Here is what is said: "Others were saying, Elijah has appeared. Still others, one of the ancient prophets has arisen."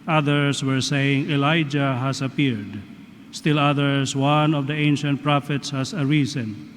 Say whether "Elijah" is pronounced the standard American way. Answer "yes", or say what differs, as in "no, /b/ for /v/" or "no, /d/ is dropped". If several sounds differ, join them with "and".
yes